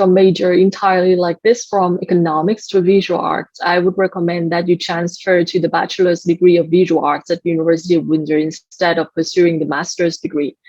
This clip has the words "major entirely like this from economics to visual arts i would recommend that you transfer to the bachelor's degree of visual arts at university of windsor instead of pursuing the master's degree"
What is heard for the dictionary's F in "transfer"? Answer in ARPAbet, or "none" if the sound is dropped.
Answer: F